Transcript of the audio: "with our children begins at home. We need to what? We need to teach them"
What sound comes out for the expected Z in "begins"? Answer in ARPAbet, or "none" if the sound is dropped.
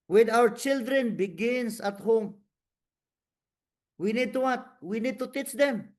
S